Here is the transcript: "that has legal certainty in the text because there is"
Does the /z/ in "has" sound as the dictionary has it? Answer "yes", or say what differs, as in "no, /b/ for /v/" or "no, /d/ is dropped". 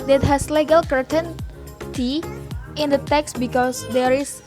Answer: no, /s/ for /z/